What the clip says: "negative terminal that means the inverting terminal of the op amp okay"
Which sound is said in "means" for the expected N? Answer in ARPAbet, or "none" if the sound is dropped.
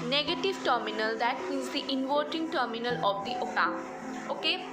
none